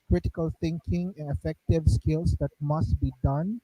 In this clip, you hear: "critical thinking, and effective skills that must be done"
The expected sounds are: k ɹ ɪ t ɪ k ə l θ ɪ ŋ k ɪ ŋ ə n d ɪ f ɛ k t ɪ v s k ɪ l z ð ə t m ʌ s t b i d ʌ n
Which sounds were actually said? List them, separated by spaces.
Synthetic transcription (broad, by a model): k ɹ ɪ t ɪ k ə l t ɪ ŋ k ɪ ŋ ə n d ɪ f ɛ k t ɪ v s k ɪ l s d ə t m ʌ s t b i d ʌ n